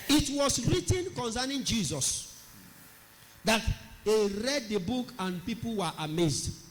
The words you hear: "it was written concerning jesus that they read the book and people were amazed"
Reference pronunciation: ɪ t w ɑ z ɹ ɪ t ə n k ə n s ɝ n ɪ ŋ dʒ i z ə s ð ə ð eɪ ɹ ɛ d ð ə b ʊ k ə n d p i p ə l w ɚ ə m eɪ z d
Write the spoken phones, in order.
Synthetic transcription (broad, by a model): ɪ t w ɑ s ɹ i t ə n k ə n s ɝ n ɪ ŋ dʒ i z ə s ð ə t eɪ ɹ ɛ d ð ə b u k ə n p i p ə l w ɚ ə m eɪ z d